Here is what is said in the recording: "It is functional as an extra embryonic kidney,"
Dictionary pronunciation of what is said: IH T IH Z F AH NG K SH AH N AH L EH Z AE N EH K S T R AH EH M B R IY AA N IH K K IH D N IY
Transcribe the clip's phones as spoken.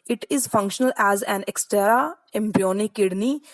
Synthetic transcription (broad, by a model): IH T IH Z F AH NG K SH AH N AH L EH Z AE N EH K S T R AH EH M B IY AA N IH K K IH D N IY